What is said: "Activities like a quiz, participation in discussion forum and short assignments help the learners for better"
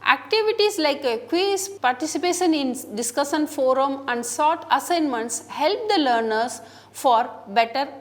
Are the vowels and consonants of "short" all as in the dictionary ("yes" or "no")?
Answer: no